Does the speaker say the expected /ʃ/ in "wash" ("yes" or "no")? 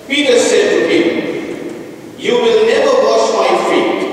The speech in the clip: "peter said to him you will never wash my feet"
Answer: no